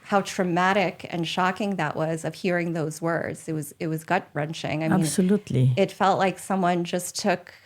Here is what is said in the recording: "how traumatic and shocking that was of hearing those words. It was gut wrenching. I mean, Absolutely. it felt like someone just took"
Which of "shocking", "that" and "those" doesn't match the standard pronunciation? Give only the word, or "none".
none